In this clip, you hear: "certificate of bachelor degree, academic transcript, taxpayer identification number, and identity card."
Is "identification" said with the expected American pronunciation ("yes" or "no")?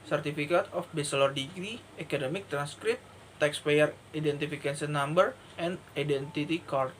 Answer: no